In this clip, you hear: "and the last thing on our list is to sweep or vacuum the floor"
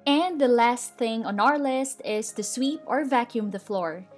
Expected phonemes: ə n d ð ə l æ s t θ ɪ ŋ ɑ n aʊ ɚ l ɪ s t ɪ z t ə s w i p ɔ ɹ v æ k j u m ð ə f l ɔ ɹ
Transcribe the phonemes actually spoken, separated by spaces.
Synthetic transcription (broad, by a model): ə n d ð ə l æ s t θ ɪ ŋ ɑ n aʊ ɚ l ɪ s t ɪ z t ə s w i p ɔ ɹ v æ k j u m ð ə f l ɔ ɹ